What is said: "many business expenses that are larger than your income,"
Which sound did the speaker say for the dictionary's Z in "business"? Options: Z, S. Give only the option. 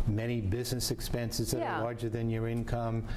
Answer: Z